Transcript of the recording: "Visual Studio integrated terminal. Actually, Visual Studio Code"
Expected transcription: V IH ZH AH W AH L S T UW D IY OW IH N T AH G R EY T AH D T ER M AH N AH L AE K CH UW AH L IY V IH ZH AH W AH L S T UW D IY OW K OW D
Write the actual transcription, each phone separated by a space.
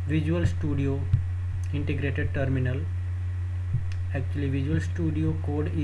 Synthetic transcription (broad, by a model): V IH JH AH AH L S T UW D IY OW IH N T AH G R EY T AH D T ER M AH N AH L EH K CH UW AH L IY V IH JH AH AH L S T UW D IY OW K OW D